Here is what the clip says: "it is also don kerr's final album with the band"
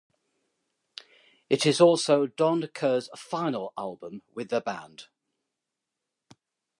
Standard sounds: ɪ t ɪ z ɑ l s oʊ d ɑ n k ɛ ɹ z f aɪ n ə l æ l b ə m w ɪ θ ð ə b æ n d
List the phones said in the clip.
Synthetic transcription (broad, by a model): ɪ t ɪ z ɑ l s oʊ d ɑ n k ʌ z f aɪ n ə l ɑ l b ə m w ɪ ð ə b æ n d